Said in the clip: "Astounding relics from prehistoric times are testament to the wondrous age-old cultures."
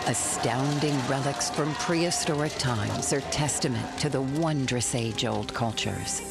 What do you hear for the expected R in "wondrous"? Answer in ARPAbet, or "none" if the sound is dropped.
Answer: R